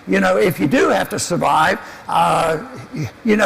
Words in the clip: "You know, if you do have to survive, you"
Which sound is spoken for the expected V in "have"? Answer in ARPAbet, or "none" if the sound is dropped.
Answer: F